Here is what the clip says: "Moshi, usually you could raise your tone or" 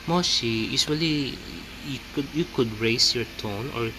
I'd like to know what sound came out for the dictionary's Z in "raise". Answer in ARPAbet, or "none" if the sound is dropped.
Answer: S